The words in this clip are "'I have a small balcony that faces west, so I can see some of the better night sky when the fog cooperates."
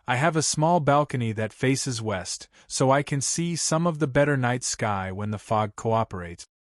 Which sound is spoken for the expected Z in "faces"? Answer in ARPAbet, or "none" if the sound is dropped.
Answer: Z